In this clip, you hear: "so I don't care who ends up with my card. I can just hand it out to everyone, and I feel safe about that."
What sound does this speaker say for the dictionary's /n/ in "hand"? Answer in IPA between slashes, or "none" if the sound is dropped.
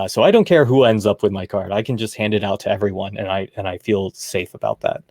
/n/